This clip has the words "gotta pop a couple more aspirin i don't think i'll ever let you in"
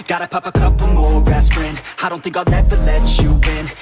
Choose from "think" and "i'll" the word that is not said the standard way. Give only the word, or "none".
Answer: i'll